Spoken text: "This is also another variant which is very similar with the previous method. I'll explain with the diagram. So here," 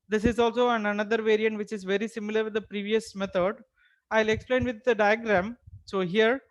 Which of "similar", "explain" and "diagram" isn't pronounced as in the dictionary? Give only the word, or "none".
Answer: none